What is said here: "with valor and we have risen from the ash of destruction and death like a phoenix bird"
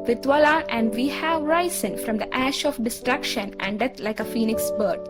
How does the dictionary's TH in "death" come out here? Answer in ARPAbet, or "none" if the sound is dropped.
T